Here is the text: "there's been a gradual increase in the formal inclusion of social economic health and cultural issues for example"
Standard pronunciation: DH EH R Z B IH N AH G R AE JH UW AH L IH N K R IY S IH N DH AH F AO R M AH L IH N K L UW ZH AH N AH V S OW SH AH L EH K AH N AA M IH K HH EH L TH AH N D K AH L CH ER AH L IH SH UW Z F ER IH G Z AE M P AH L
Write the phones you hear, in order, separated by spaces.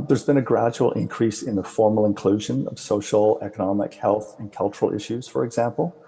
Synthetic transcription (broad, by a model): DH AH R Z B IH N AH G R AE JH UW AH L IH N K R IY S IH N DH AH F AO R M L IH N K L UW ZH AH N AH V S OW SH L EH K AH N AA M IH K HH EH L TH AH N K AH L CH ER L IH SH UW Z F ER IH G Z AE M P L